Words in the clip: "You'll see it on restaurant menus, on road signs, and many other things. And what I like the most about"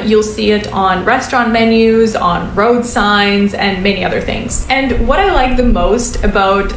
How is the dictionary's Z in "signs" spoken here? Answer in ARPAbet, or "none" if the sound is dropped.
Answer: Z